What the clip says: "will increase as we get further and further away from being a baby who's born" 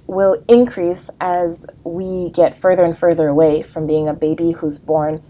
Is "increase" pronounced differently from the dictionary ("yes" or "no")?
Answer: no